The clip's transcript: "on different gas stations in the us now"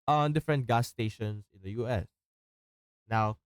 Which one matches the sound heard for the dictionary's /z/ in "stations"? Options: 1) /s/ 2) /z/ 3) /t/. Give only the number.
1